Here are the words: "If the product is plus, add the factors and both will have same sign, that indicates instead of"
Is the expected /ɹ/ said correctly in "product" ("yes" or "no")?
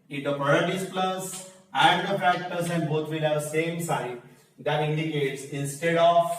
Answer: no